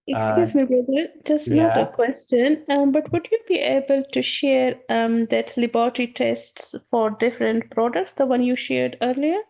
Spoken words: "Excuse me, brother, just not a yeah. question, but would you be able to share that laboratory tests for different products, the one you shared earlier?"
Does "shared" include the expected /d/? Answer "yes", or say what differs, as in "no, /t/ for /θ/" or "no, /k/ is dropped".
yes